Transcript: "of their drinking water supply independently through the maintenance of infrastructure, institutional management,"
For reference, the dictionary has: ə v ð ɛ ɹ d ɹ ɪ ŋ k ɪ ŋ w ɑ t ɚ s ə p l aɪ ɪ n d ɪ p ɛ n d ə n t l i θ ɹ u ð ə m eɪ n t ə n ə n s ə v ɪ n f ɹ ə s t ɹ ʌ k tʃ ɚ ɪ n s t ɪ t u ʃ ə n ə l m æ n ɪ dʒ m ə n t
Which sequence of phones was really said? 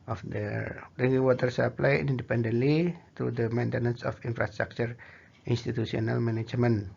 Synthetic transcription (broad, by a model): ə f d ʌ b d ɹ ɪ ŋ ɪ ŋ w ɑ t ɚ s ə p l aɪ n n d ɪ p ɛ n d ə n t l i t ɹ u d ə m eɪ n t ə n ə n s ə f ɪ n f ɹ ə s t ɹ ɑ k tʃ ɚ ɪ n s t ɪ t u s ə n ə l m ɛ n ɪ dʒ m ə n